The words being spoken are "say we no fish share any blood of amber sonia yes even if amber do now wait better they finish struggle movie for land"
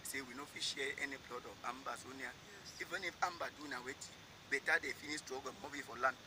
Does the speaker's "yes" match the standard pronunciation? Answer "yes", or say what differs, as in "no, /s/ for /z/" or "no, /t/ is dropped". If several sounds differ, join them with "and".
no, /s/ is dropped